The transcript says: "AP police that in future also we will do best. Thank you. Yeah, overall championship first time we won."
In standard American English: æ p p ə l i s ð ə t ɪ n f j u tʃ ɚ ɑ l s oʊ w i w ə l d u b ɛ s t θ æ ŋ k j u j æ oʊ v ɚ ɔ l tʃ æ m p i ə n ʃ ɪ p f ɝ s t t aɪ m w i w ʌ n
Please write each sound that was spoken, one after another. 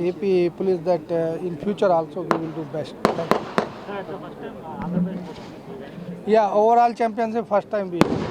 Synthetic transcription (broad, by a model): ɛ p p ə l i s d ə t ɪ n f j u tʃ ɚ ɑ l s oʊ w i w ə l d u b ɛ s t t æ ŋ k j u j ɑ oʊ v ɚ ɔ l tʃ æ m p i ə n s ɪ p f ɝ s t t aɪ m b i